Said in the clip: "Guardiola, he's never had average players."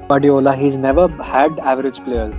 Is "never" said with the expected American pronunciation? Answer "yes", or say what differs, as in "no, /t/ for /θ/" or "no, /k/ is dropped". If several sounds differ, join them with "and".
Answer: yes